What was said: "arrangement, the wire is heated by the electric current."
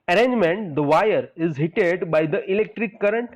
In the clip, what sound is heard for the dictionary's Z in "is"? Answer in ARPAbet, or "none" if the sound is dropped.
Z